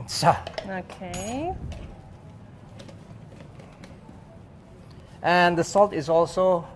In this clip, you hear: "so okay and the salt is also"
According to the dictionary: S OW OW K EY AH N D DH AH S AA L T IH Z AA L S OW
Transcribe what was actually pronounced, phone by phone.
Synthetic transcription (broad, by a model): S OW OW K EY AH N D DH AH S AA L T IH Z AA L S OW